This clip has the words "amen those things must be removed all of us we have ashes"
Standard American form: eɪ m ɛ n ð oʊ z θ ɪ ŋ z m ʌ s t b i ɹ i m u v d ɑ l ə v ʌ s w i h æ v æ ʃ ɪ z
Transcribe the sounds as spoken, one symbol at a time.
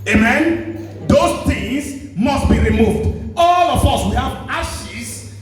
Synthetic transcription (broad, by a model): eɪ m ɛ n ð oʊ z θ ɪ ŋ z m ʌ s t b i ɹ i m u v d ɑ l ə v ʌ s w i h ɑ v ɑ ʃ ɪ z